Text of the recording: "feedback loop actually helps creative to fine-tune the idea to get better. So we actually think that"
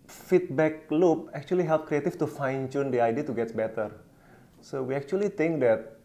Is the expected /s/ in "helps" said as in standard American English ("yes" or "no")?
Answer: no